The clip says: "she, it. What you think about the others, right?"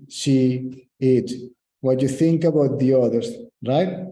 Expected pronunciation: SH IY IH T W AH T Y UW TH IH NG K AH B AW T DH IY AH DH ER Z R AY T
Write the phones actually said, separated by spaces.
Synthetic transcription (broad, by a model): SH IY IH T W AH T Y UW TH IH NG K AH B AW T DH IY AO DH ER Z R AY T